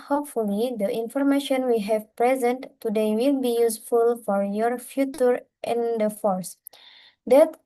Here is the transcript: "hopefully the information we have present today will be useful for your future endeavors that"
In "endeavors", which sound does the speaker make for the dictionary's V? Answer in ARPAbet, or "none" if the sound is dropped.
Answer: F